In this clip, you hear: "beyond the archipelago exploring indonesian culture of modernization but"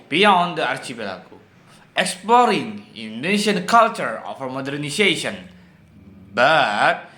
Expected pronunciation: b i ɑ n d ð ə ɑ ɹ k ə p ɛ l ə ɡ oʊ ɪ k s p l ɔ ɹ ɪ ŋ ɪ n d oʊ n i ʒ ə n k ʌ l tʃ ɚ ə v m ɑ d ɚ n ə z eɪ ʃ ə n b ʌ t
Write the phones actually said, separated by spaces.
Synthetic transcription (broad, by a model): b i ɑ n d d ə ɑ ɹ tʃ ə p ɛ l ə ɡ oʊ ɪ k s p l ɔ ɹ ɪ ŋ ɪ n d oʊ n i ʃ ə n k ʌ l tʃ ɚ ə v m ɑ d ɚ n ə s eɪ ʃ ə n b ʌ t